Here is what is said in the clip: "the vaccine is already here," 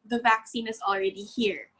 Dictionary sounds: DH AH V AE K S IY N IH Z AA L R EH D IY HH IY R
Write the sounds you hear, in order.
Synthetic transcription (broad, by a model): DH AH V AE K S IY N IH Z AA L R EH D IY HH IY R